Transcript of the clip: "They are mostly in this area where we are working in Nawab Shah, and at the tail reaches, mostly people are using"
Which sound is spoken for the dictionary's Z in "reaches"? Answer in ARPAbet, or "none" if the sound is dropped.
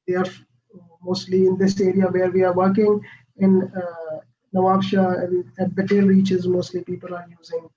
Z